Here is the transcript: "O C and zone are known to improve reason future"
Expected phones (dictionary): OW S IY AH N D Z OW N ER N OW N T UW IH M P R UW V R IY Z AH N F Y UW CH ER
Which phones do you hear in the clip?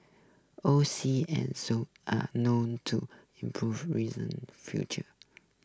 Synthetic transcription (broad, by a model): OW S IY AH N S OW AA N OW N T UW IH M P R UW V R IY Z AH N F Y UW CH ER